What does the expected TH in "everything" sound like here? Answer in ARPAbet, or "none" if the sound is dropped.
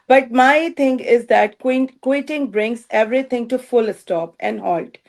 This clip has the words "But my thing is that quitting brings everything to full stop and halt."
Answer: T